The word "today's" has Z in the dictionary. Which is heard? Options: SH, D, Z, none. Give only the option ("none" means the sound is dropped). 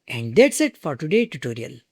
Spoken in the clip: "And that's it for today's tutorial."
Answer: none